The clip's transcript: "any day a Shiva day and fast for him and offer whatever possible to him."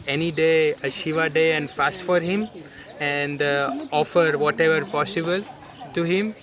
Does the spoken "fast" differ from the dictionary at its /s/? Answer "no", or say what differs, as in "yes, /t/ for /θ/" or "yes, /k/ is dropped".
no